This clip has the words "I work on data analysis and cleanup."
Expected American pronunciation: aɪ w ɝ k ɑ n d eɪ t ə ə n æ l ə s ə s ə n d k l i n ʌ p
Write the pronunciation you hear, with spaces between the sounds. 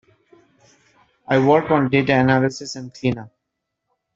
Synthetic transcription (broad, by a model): aɪ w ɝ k ɑ n d eɪ t ə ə n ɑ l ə s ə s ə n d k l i n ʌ